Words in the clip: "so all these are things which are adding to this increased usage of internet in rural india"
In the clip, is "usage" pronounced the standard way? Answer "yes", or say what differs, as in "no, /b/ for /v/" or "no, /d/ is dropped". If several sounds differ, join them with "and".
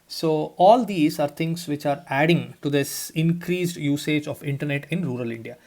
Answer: yes